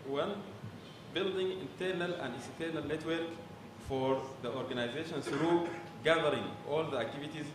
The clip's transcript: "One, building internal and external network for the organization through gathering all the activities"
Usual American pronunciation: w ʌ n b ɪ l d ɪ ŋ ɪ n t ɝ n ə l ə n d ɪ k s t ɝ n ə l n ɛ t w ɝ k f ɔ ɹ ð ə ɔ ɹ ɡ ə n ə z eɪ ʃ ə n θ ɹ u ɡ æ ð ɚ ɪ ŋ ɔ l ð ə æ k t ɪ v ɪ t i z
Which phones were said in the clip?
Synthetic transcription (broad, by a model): w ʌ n b ɪ l d ɪ ŋ ɪ n t ɝ n ə l ə n d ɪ s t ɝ n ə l n ɛ t w ɝ k f ɔ ɹ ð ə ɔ ɹ ɡ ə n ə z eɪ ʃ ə n s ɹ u ɡ æ ð ɚ ɪ ŋ ɔ l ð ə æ k t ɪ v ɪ t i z